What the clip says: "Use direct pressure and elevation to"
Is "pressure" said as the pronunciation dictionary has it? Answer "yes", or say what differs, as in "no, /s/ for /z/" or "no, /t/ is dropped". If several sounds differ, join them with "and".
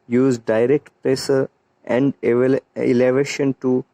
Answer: no, /s/ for /ʃ/